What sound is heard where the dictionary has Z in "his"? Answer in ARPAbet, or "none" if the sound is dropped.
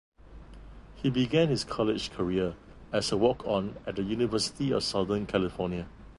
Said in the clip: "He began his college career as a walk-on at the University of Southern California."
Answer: S